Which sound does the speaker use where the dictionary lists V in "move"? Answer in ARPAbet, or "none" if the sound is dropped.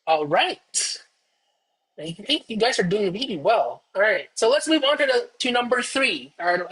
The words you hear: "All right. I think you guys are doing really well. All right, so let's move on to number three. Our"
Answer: V